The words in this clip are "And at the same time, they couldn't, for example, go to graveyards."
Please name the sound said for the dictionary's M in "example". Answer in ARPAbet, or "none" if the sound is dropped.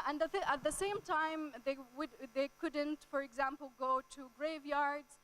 M